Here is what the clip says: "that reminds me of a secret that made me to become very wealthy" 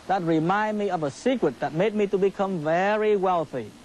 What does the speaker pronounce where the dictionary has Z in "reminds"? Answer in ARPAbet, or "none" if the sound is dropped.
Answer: none